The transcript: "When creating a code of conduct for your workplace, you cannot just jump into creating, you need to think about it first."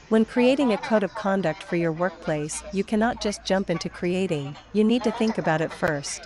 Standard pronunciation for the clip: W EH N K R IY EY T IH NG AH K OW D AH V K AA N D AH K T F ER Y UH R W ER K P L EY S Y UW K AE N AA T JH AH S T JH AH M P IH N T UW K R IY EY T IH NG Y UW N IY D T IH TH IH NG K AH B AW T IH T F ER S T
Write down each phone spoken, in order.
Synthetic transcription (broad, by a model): W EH N K R IY EY T IH NG AH K OW D AH V K AA N D AH K T F ER Y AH R W ER K P L EY S Y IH K AE N AA T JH AH S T JH AH M P IH N T UW K R IY EY T IH NG Y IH N IY D T IH TH IH NG K AH B AW T IH T F ER S T